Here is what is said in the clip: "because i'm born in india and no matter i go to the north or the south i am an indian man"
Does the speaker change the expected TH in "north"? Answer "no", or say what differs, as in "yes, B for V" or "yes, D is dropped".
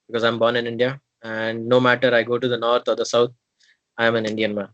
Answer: yes, T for TH